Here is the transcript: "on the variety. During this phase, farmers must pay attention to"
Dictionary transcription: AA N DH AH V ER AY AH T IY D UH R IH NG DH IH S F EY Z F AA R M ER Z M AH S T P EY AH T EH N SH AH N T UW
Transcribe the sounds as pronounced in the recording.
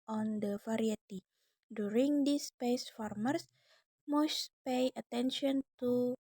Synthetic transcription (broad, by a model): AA N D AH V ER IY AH T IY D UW R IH NG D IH S P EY S F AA R M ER S M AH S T P EY AH T EH N SH AH N T UW